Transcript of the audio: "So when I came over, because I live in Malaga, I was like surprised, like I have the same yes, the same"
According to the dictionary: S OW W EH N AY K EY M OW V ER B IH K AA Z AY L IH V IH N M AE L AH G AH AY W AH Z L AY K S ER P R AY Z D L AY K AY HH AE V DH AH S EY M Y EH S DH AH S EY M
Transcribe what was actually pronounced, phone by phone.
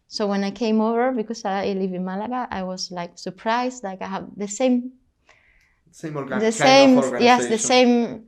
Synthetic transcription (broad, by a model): S OW W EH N AY K EY M OW V ER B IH K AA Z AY L IH V IH N M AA L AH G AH AY W AH Z L AY K S ER P R AY Z D L AY K AY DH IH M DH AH S EY M Y EH S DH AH S EY M